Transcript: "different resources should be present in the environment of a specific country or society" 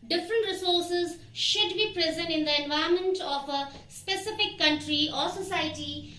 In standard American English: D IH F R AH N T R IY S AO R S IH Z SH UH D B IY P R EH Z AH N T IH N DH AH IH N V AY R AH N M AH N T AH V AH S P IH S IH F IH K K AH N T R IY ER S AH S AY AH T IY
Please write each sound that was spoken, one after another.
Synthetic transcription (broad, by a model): D IH F R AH N T R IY S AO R S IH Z SH UH D B IY P R EH Z AH N T IH N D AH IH N V AY AH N M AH N T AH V AH S P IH S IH F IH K K AH N T R IY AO S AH S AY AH T IY